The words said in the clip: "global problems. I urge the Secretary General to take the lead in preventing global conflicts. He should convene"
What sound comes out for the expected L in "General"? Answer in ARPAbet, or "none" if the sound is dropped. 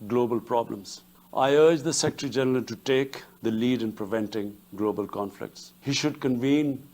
N